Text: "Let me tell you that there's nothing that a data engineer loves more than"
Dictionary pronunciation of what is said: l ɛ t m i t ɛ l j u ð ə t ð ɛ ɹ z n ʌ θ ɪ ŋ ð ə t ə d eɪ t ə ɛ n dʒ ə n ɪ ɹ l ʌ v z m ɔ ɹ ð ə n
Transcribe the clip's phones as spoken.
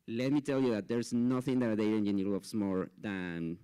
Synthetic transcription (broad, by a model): l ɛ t m i t ɛ l j u ð ə t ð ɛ ɹ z n ʌ θ ɪ ŋ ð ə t ə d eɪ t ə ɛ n ə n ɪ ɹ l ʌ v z m ɔ ɹ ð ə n